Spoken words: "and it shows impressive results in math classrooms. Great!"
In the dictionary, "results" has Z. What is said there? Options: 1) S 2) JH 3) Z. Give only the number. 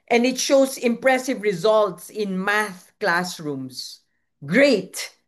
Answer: 3